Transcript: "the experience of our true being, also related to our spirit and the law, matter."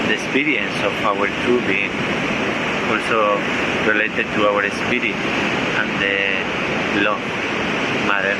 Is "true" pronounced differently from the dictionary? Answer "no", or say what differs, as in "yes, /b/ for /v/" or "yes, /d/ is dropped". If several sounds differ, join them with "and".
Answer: yes, /ɹ/ is dropped